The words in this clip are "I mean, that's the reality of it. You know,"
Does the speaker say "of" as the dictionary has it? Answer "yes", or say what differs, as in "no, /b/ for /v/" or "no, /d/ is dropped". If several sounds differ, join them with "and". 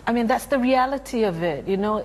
yes